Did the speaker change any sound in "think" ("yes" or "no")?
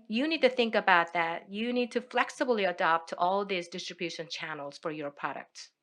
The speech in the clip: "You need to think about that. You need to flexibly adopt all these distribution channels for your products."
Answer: no